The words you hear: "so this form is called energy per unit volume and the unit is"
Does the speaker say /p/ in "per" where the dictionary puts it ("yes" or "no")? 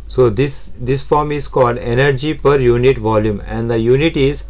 yes